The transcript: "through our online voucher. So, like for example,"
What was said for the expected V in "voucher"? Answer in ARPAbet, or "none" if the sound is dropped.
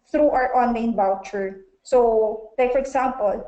B